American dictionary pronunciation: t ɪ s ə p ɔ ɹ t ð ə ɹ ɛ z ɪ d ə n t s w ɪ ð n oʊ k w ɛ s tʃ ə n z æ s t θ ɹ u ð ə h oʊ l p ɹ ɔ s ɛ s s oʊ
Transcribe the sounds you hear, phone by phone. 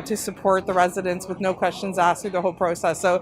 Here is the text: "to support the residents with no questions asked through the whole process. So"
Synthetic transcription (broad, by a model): t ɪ s ə p ɔ ɹ t ð ə ɹ ɛ z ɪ d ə n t s w ɪ ð n oʊ k w ɛ s tʃ ə n z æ s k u ð ə h oʊ l p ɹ ɔ s ɛ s s oʊ